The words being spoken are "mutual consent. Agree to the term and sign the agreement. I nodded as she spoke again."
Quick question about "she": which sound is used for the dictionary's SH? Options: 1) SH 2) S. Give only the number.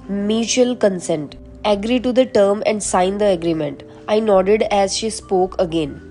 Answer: 1